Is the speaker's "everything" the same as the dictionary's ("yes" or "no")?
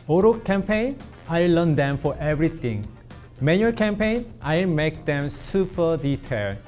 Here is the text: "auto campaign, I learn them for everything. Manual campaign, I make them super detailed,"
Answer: no